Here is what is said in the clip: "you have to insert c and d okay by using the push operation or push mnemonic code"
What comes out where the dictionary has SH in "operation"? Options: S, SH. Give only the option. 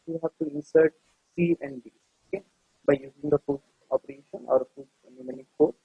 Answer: SH